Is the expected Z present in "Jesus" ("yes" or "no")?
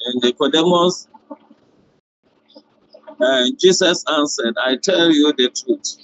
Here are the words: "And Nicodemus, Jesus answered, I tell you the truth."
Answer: no